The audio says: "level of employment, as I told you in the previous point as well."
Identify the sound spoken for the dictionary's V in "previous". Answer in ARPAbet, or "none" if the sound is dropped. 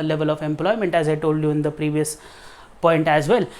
V